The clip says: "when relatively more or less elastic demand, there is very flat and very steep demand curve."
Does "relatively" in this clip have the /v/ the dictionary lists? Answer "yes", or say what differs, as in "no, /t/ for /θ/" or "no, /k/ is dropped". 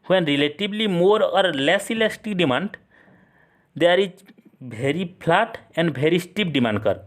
no, /b/ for /v/